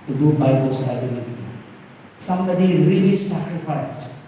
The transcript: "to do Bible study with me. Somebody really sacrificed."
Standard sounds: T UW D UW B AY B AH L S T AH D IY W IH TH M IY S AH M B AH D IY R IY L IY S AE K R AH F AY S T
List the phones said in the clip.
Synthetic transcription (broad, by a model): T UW D UW B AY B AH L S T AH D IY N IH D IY S AH M B AH D IY R IY L IY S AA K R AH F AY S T